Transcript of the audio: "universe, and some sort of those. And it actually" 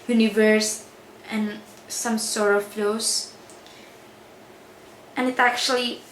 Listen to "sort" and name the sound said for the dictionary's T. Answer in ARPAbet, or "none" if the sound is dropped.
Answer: none